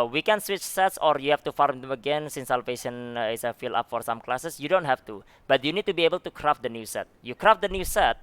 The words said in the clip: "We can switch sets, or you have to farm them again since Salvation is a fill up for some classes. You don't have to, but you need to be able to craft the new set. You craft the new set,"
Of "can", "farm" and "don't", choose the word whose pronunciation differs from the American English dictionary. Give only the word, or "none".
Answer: none